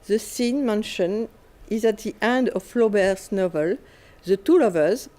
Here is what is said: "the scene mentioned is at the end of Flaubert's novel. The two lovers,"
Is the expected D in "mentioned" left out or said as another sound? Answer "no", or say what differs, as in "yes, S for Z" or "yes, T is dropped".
yes, D is dropped